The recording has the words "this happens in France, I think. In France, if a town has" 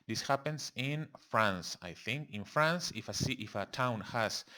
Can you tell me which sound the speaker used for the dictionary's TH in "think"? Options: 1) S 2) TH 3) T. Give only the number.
2